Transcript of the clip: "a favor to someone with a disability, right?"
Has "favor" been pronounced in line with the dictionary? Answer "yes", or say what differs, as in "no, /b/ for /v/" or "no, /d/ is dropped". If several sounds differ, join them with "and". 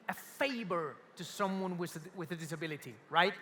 no, /b/ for /v/